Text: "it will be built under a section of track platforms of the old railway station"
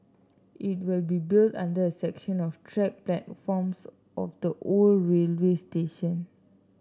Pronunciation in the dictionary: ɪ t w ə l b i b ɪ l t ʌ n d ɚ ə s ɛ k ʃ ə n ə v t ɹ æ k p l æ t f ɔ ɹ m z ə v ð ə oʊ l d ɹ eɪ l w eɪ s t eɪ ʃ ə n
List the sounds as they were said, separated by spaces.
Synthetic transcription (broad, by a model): ɪ t w ə l b i b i l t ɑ n d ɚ ə s ɛ k ʃ ə n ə f t ɹ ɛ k p l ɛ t f ɔ m s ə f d ə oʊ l ɹ eɪ l w eɪ s t eɪ ʃ ə n